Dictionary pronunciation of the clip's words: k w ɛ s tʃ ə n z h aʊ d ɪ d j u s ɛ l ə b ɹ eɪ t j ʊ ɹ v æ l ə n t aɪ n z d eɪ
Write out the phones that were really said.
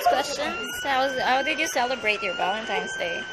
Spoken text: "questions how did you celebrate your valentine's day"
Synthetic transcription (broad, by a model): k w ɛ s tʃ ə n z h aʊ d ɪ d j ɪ s ɛ l ə b ɹ eɪ t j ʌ ɹ b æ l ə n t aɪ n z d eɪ